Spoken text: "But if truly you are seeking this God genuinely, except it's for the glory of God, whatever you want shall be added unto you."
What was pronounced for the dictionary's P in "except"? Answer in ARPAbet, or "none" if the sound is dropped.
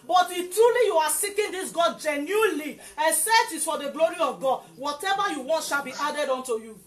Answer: none